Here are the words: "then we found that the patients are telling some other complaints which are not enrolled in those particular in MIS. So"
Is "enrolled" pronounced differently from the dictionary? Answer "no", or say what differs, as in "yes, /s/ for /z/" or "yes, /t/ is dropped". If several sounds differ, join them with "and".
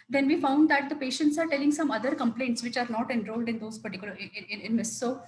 no